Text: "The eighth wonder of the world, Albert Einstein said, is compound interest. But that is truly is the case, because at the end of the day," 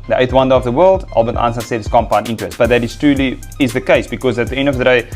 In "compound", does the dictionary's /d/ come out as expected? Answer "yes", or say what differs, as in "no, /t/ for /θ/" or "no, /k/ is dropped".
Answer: no, /d/ is dropped